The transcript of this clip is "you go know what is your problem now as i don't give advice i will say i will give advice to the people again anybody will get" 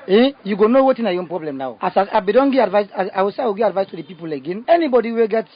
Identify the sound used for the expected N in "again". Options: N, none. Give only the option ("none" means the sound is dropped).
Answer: N